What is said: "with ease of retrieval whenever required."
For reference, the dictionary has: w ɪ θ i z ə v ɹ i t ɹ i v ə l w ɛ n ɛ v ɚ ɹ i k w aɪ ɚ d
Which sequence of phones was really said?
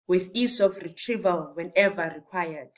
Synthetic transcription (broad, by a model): w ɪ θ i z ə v ɹ i t ɹ i v ə l w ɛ n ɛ v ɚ ɹ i k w aɪ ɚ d